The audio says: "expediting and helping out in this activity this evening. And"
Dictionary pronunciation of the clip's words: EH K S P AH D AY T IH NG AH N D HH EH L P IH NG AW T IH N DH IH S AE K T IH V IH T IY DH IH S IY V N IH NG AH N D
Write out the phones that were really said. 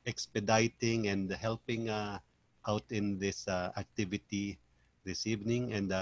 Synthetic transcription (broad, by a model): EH K S P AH D AY T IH NG AH N D HH EH L P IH NG AW T IH N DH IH S AE K T IH V IH T IY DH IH S IY V N IH NG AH N D